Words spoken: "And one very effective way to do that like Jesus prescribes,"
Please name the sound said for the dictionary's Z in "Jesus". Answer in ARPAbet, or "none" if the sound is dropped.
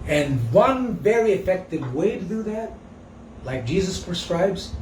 Z